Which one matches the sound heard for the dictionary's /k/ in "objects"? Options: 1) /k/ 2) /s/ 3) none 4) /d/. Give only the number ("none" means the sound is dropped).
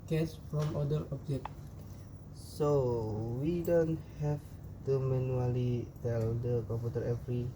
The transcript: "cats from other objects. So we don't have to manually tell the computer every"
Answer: 3